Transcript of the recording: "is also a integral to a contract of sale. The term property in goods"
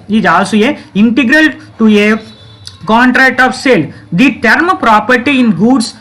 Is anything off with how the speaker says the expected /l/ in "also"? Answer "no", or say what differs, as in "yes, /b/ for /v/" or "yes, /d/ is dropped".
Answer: yes, /l/ is dropped